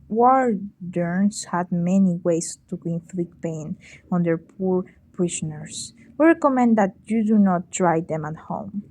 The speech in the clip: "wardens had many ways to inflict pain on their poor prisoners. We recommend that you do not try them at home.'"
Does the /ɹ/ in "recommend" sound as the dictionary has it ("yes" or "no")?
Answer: yes